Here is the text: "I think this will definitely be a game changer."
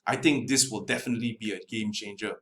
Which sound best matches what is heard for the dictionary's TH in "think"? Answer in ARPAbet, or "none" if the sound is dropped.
T